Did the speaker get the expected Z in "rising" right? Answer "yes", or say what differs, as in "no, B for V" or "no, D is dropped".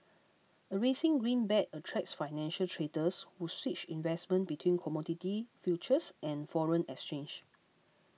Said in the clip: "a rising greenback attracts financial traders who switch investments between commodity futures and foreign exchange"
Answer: no, S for Z